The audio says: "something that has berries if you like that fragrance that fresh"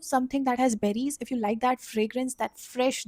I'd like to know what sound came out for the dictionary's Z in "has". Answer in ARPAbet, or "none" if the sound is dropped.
Z